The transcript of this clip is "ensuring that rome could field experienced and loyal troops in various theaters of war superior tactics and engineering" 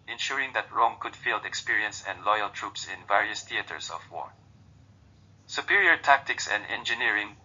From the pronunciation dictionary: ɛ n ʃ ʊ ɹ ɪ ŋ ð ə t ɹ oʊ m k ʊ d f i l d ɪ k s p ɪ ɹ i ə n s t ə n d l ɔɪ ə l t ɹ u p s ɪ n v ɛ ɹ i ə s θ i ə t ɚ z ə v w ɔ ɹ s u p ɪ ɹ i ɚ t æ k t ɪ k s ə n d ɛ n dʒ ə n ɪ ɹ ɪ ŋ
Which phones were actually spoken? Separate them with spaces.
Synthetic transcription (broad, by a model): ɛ n ʃ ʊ ɹ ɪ ŋ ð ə t ɹ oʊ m k ʊ d f i l d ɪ k s p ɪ ɹ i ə n s ə n d l ɔɪ ə l t ɹ u p s ɪ n v ɛ ɹ i ə s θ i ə t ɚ s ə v w ɔ ɹ s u p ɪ ɹ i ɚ t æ k t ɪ k s ə n d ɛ n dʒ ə n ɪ ɹ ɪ ŋ